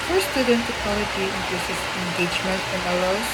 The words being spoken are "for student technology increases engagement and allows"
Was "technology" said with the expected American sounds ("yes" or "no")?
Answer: no